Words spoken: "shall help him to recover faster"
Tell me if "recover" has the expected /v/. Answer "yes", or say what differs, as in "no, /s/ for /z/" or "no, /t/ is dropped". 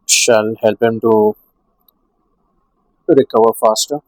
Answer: no, /w/ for /v/